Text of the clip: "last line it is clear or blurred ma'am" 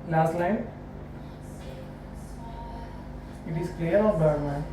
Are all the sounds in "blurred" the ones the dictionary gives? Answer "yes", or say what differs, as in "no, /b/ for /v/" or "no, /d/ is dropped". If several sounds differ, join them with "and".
no, /l/ is dropped